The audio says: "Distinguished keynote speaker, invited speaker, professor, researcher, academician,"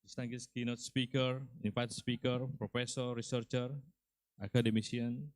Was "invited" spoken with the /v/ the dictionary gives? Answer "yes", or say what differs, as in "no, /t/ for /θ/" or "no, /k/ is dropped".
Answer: no, /p/ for /v/